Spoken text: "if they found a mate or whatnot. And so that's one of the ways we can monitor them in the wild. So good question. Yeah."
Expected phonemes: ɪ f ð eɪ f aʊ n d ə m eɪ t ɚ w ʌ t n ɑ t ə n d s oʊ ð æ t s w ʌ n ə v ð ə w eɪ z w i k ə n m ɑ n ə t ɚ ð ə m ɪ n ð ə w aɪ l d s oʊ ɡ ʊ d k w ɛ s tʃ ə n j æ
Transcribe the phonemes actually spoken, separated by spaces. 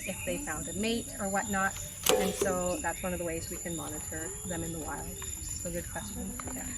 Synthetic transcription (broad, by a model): ɪ f ð eɪ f aʊ n d ə m eɪ t ɚ w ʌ t n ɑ t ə n s oʊ ð æ t s w ʌ n ə v ð ə w eɪ z w i k ə n m ɑ n ə t ɚ ð ə m ɪ n ð ə w aɪ l d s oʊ ɡ ʊ d k w ɛ s tʃ ə n